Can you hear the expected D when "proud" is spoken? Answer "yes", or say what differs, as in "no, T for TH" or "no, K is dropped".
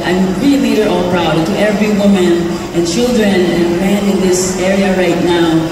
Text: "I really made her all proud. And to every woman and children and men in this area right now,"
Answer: no, D is dropped